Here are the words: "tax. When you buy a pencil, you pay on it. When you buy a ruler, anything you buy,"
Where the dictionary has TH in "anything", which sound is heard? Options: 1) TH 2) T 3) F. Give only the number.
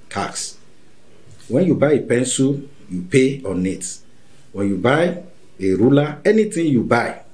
2